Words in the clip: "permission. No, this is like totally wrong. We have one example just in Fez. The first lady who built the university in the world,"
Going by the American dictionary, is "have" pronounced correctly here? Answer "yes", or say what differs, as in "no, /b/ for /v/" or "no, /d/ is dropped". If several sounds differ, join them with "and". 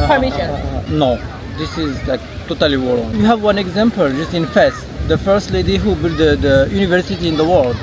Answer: yes